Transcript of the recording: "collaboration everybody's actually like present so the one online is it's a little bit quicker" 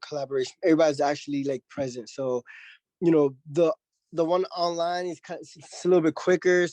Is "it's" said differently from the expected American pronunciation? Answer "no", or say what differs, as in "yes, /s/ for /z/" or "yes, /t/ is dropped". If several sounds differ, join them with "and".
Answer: yes, /s/ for /t/